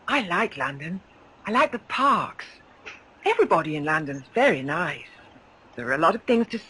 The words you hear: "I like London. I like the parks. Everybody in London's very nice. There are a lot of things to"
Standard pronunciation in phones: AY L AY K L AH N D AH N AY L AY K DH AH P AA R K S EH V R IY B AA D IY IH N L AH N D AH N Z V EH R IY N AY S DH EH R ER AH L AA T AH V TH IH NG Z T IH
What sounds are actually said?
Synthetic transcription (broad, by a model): AY L AY K L AH N D AH N AY L AY K DH AH P AA R K S EH V R IY B AA D IY IH N L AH N D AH N Z V EH R IY N AY S DH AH R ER AH L AA T AH V TH IH NG Z T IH